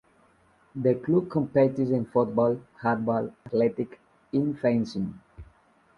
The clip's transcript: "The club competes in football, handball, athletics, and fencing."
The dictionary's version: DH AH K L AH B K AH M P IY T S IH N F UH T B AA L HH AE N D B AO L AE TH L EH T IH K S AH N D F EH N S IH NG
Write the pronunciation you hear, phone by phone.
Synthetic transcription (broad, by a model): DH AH K L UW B K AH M P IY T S IH N F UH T B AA L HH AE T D B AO L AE T L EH T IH K AH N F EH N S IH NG